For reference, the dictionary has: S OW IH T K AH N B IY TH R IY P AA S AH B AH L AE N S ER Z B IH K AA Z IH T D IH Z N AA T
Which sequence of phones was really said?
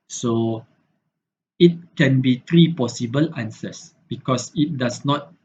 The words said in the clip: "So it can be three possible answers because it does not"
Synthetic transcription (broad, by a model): S OW IH T K AH N B IY T R IY P AA S AH B AH L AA N S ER S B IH K AA S IH T D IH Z N AA T